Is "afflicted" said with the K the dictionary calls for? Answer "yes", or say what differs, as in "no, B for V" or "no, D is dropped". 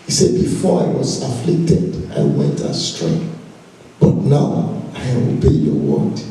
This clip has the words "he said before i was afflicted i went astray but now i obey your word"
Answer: yes